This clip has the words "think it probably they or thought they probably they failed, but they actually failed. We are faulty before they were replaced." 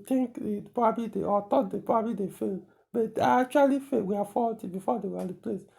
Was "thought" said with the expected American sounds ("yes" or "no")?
no